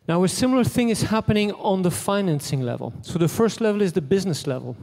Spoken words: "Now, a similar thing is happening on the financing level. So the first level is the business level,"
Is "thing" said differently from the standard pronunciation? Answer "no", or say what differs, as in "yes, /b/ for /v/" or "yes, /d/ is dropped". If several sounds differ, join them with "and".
no